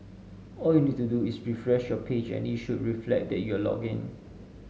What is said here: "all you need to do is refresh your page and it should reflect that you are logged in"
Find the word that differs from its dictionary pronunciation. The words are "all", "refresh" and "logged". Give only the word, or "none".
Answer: logged